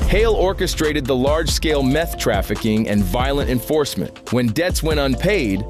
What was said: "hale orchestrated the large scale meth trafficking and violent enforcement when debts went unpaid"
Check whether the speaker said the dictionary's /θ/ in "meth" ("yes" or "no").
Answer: yes